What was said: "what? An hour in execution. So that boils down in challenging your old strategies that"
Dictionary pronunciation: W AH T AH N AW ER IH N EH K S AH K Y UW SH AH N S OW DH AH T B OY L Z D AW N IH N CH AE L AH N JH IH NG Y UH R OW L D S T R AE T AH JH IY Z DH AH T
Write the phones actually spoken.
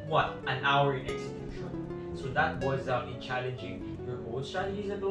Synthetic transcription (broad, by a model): W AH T AH N AW ER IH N EH K S AH K Y UW SH AH N S OW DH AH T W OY Z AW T IH N CH AE L AH N JH IH NG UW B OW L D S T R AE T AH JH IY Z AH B